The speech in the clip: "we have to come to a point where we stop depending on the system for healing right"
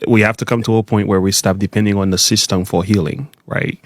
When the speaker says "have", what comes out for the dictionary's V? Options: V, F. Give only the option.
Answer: F